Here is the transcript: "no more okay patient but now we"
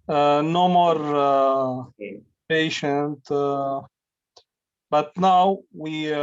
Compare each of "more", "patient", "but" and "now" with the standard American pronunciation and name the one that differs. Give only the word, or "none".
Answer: none